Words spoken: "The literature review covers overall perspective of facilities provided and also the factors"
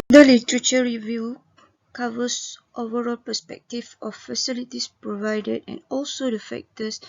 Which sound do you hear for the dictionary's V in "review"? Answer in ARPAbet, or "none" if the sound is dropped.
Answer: V